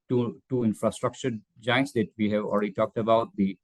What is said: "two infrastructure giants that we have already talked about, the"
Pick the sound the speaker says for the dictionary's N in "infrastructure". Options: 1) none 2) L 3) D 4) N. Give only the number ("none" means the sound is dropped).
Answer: 4